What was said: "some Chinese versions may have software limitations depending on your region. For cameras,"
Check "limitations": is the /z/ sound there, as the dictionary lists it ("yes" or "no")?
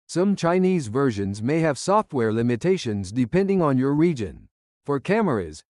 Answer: yes